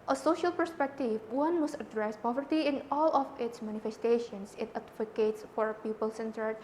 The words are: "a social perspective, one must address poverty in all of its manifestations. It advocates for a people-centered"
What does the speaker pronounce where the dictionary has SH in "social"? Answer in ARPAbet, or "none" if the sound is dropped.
SH